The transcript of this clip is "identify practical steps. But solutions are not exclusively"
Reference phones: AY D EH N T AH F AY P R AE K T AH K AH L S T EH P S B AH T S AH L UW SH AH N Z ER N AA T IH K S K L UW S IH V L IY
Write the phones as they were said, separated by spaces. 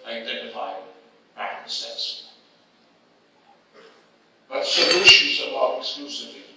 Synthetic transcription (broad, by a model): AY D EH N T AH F AY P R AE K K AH S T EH S B AH T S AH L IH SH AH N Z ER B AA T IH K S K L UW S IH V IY